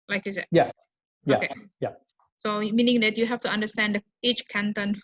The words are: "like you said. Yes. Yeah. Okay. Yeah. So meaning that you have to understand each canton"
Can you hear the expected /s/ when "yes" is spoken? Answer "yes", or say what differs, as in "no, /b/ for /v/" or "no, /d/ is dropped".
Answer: no, /s/ is dropped